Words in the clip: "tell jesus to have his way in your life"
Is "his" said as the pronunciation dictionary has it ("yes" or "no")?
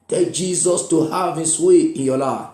no